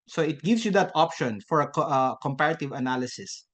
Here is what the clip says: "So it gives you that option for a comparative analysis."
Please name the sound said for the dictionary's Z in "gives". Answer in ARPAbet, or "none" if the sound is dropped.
S